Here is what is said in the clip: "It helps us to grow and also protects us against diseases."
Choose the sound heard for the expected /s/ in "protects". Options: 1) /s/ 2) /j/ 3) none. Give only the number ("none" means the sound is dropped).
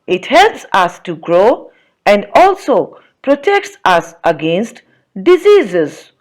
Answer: 1